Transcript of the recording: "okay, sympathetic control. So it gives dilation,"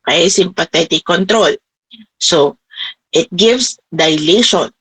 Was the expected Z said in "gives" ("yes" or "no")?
no